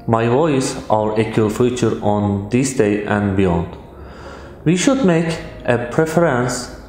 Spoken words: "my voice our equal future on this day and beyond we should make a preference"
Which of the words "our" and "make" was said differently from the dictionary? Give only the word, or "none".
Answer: none